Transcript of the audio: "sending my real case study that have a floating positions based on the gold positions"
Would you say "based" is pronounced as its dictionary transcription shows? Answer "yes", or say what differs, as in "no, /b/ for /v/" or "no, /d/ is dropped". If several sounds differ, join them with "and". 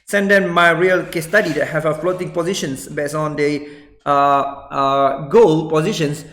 no, /t/ is dropped